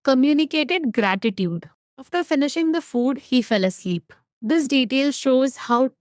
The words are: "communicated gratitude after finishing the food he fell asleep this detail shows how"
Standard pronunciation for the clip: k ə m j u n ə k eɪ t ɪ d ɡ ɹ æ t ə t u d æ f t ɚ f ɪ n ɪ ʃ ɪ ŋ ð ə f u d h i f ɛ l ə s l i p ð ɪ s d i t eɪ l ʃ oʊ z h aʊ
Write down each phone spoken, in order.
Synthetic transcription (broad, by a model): k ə m j u n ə k eɪ t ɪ d ɡ ɹ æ t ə t u d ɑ f t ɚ f ɪ n ɪ ʃ ɪ ŋ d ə f u d h i f ɛ l ə s l i p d ɪ s d i t eɪ l ʃ oʊ z h aʊ